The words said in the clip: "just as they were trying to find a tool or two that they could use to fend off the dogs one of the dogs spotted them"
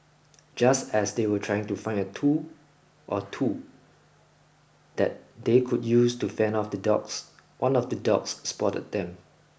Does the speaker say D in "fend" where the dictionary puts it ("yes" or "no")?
no